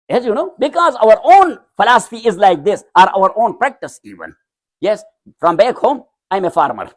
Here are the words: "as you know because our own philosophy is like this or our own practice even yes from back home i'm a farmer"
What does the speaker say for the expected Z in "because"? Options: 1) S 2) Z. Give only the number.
2